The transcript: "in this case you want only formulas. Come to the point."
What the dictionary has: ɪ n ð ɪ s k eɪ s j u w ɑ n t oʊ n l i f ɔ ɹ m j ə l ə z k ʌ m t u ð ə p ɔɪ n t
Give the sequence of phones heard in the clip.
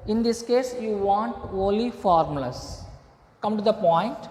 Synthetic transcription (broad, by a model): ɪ n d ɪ s k eɪ s j u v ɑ n t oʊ l i f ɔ ɹ m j l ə s k ʌ m t u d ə p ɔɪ n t